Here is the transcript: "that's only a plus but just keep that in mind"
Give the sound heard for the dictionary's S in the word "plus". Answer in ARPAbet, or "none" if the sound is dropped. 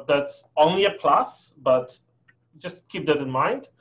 S